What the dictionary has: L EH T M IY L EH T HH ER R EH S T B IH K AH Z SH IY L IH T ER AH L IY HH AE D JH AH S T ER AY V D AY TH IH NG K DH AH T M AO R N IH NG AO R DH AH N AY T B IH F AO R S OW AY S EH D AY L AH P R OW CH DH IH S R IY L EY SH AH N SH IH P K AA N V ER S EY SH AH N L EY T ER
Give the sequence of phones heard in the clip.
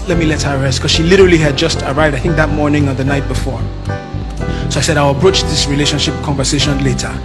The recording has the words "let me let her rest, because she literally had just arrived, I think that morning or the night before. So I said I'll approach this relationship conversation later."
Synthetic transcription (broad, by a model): L EH T M IY L EH T HH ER R EH S T K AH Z SH IY L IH T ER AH L IY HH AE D JH AH S T ER AY V D AY TH IH NG K DH AH T M AO R N IH NG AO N DH AH N AY T B IH F AO R S OW AY S EH D AY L AH P R OW CH DH IH S R IY L EY SH AH N SH IH P K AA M V ER S EY SH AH N L EY T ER